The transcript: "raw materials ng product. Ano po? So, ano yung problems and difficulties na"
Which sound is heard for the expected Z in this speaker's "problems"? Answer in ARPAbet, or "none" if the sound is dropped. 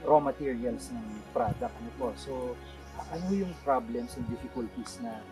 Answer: S